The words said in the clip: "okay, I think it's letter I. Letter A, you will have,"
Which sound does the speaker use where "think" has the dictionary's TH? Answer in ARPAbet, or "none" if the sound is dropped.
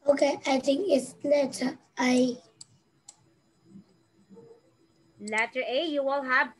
T